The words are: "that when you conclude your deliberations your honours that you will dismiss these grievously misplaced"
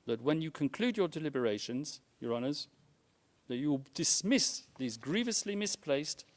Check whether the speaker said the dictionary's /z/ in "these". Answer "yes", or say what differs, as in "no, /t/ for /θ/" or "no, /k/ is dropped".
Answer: yes